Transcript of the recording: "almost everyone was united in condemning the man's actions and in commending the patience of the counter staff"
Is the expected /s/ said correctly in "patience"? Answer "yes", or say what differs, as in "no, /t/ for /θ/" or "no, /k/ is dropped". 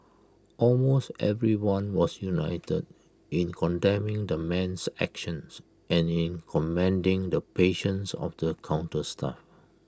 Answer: yes